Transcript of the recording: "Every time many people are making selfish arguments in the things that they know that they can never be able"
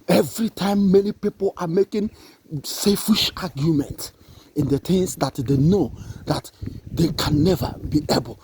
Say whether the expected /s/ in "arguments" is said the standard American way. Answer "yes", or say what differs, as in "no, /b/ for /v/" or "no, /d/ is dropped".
no, /s/ is dropped